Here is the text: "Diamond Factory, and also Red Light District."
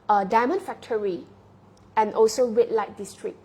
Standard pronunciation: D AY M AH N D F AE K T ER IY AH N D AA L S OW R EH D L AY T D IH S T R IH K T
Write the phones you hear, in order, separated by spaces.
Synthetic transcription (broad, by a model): D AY M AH N F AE K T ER IY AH N AA L S OW W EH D L AY T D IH S T R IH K